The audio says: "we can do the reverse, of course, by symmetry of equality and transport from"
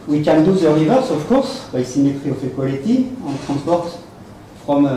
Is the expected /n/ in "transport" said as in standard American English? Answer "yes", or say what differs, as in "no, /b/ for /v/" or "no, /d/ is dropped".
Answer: no, /n/ is dropped